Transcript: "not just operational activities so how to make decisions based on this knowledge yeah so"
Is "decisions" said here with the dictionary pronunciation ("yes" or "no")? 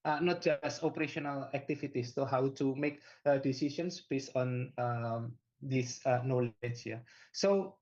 no